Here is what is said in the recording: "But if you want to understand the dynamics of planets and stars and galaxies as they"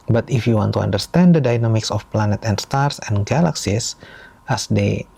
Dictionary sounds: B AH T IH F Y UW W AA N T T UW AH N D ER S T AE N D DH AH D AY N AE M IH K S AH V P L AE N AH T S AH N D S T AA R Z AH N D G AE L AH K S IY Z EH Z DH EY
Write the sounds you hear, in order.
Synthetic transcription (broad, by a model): B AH T IH F Y UW W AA N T T UW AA N D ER S T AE N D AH D AY N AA M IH K S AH F P L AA N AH T AH N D S T AA R S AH N G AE L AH K S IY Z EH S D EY